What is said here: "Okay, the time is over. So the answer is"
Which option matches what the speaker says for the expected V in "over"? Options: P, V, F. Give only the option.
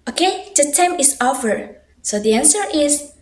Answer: F